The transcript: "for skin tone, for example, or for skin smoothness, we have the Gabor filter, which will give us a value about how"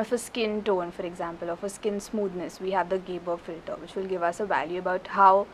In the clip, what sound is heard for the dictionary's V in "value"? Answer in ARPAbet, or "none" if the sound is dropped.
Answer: V